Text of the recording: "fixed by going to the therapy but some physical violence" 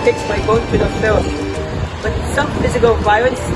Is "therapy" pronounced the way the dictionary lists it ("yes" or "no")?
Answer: no